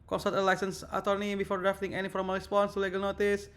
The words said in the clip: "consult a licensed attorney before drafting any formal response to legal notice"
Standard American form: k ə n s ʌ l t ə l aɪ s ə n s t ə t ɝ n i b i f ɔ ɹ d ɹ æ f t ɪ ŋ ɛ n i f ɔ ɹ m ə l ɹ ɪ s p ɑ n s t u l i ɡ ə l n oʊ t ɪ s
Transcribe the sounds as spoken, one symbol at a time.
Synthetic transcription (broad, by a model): k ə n s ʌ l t ə l aɪ s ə n s ə t ɝ n i b i f ɔ ɹ d ɹ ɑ f t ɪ ŋ ɛ n i f ɔ ɹ m ə l ɹ ɪ s p ɑ n s t u l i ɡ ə l n oʊ t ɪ s